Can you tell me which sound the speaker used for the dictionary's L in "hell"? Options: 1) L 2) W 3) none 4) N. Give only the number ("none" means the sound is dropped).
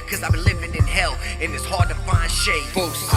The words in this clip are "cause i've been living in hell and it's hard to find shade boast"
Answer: 1